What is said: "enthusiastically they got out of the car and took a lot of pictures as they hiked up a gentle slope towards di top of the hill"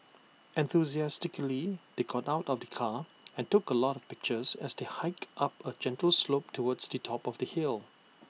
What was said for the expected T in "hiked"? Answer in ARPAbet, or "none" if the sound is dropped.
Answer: T